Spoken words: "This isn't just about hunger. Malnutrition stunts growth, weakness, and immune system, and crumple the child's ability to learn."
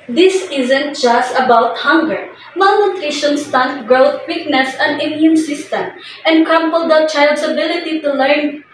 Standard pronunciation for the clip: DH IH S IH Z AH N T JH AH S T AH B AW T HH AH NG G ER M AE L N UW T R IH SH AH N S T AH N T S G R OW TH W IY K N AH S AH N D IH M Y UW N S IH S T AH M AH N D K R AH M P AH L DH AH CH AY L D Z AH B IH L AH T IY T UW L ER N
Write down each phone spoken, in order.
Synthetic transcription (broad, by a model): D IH S IH Z AH N T JH AH S T AH B AW T HH AH NG G ER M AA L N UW T R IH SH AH N S T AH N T G R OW T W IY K N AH S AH N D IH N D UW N S IH S T AH M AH N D K AH M P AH L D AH CH AY L D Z AH B IH L AH T IY T UW L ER N